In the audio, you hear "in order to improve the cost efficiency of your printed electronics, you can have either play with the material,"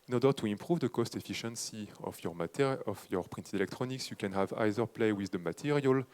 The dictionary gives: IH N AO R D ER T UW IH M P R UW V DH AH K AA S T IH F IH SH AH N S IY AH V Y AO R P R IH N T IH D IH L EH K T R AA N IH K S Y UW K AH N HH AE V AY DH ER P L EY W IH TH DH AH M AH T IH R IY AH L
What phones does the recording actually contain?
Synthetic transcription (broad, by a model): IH N AO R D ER T UW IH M P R UW V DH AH K AA S T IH F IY SH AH N S IY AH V Y AO R P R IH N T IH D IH L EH K T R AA N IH K S Y UW K AH N HH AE V AY DH ER P L EY W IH DH AH M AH T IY R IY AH L